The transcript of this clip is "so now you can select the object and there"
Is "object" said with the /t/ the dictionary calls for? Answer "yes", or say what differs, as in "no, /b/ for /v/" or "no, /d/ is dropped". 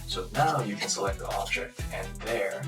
yes